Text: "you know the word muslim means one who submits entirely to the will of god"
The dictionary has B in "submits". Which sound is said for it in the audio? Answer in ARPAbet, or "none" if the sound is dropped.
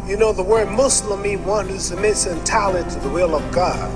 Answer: none